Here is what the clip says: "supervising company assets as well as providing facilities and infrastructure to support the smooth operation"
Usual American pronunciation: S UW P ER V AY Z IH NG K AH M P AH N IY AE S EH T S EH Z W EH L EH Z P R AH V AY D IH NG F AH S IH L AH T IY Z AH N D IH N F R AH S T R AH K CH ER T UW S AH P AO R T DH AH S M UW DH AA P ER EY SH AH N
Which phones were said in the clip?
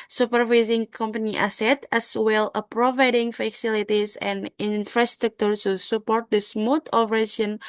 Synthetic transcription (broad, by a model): S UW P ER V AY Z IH NG K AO M P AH N IY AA S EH T EH S W EH L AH P R AH V AY D IH NG F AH S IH L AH T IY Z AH N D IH N F R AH S T R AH K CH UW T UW S AH P AO R T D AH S M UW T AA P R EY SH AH N